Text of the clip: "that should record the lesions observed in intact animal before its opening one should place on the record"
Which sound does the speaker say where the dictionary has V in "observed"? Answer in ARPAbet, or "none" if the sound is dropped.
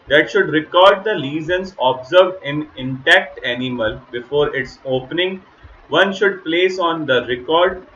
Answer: V